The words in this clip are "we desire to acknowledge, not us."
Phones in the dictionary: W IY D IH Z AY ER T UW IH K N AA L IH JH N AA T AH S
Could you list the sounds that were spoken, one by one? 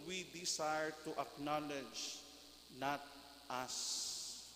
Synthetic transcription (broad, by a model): W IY D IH S AY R T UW IH K N AA L IH JH N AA T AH S